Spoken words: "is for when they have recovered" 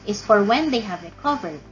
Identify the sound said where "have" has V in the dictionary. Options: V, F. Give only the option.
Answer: V